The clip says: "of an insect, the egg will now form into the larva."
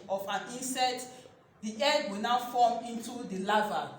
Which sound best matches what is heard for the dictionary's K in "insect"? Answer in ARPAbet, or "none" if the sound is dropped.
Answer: none